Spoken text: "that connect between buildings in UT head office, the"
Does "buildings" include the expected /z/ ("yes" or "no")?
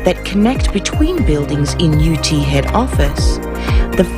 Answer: yes